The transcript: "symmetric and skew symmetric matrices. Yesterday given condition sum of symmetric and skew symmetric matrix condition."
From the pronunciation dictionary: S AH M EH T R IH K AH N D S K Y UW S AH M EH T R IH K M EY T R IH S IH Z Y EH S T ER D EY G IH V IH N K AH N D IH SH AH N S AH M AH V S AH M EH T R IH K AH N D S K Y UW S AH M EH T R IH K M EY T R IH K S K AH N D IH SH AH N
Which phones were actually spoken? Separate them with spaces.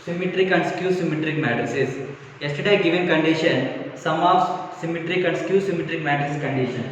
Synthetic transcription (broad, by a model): S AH M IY T R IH K AH N D S K Y UW S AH M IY T R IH K M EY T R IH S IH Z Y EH S T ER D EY G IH V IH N K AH N D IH SH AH N S AH M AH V S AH M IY T R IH K AH N D S K Y UW S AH M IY T R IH K M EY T IH S K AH N D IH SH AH N